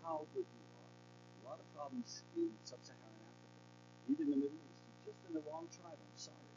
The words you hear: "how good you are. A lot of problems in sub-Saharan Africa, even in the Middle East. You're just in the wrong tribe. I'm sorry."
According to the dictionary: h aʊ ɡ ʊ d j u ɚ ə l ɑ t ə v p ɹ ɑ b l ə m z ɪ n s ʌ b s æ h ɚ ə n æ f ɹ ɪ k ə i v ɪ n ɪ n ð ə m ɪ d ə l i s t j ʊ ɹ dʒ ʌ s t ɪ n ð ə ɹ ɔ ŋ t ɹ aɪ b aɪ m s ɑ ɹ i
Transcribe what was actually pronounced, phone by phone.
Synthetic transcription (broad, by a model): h aʊ ɡ ʊ d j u ɚ ə l ɑ t ə v p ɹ ɑ b l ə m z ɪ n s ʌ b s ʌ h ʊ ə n æ f ɹ ɪ k ə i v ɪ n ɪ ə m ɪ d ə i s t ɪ dʒ ʌ s t ɪ n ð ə l ɔ ŋ t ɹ aɪ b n s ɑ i